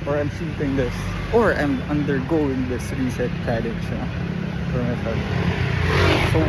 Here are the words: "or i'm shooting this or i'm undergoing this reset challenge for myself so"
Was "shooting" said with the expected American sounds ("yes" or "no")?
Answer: no